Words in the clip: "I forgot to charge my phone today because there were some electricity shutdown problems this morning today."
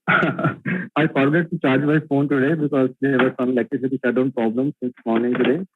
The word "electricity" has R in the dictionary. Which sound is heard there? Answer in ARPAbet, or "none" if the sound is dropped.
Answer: none